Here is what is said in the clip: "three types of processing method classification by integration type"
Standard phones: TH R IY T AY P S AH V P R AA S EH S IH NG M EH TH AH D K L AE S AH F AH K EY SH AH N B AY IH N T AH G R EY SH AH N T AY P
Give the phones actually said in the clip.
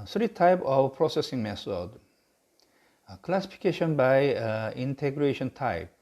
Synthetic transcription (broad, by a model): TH R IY T AY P AH V P R AA S EH S IH NG M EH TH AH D K L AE S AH F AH K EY SH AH N B AY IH N T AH G R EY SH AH N T AY P